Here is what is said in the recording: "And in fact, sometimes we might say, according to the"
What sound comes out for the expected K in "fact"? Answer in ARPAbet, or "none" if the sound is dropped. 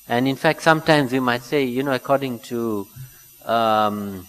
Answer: K